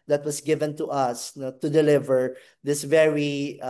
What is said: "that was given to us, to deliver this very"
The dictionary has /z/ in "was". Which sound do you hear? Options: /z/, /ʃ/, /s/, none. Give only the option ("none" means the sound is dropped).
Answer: /s/